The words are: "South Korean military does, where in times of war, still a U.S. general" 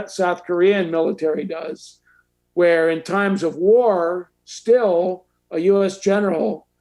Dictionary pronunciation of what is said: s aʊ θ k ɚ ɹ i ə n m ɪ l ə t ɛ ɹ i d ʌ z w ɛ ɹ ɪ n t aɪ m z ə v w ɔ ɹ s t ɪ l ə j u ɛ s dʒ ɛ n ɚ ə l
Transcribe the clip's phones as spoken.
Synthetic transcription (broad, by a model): s aʊ θ k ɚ ɹ i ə n m ɪ l ə t ɛ ɹ i d ʌ z w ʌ ɹ ɪ n t aɪ m z ə v w ɔ ɹ s t ɪ l ə j u ɛ s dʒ ɛ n ɚ l